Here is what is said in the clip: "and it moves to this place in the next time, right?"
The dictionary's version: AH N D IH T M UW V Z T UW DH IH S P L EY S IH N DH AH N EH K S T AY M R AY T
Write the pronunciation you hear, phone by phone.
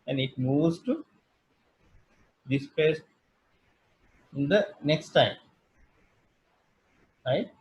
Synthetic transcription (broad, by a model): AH N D IH T M UW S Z T UW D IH S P EY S IH N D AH N EH K S T AY M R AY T